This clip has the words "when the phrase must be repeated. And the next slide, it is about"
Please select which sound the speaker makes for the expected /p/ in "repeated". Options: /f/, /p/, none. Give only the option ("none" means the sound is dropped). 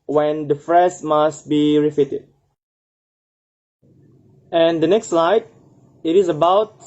/f/